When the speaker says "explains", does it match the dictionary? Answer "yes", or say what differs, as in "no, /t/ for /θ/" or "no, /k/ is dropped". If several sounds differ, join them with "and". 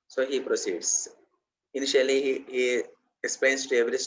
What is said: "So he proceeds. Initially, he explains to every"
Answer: no, /l/ is dropped and /s/ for /z/